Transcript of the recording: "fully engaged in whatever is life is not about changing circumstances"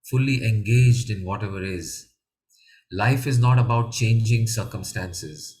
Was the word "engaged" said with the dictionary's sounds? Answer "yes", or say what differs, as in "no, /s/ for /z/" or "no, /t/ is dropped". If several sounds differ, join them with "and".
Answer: yes